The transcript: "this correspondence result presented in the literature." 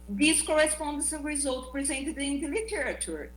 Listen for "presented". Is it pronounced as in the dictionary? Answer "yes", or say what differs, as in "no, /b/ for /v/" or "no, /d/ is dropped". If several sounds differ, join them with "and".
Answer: yes